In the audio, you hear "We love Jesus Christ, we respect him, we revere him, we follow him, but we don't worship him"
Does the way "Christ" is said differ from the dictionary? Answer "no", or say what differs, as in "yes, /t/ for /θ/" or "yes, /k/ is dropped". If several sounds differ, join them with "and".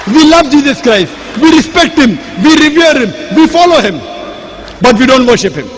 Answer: no